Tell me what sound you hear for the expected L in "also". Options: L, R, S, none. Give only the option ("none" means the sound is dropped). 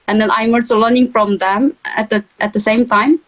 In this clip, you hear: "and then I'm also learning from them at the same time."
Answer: none